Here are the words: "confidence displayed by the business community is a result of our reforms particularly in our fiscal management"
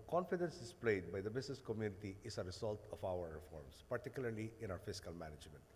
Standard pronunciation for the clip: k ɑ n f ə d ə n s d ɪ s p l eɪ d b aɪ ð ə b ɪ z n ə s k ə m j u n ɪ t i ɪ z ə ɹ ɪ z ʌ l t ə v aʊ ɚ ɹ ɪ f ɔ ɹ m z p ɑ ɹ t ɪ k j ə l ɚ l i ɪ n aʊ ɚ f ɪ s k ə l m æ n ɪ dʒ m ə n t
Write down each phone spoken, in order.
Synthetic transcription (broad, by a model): k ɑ n f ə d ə n s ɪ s p l eɪ d b aɪ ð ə b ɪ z n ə s k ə m j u n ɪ t i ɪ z ə ɹ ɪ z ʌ l t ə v aʊ ɚ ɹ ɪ f ɔ ɹ m s p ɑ ɹ t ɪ k j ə l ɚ l i ɪ n aʊ ɚ f ɪ s k ə l m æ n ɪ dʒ m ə n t